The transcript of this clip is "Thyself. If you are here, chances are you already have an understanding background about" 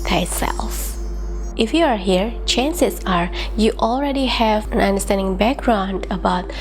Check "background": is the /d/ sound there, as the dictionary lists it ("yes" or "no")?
yes